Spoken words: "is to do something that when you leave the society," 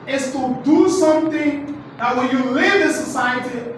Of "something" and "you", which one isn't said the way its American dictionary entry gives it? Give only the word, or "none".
something